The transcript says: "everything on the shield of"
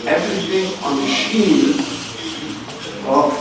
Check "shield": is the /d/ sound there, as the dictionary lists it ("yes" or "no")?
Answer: no